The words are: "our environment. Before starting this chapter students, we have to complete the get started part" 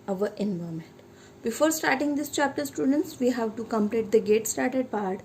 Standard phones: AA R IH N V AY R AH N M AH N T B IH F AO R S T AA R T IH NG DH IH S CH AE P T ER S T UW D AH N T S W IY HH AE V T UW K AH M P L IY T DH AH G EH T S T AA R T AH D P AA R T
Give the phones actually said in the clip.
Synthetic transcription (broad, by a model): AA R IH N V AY AH M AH N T B IH F AO R S T AA R T IH NG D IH S CH AE P T ER S T UW D AH N T S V IY HH AE V T UW K AH M P L IY T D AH G EH T S T AA R T AH D P AA R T